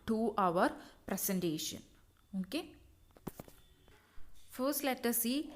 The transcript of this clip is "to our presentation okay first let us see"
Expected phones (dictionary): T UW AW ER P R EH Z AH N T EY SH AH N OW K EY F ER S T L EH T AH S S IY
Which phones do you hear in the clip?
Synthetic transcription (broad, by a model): T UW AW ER P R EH S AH N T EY SH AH N OW K EY F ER S T L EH T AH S S IY